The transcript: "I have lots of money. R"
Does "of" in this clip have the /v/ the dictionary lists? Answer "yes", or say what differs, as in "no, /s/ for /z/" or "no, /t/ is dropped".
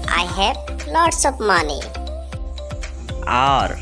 no, /p/ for /v/